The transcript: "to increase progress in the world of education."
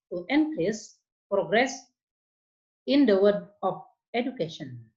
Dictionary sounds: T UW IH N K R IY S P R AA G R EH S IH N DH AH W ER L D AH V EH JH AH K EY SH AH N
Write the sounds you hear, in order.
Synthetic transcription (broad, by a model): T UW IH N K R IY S P R AA G R EH S IH N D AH W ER D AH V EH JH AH K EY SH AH N